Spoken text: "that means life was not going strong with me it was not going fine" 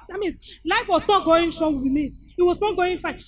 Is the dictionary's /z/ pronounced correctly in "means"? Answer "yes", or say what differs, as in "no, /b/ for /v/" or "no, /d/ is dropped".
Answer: no, /s/ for /z/